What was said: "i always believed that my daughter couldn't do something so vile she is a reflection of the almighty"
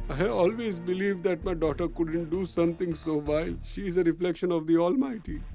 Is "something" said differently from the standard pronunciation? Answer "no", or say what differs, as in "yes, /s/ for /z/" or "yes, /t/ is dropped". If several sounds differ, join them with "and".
yes, /t/ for /θ/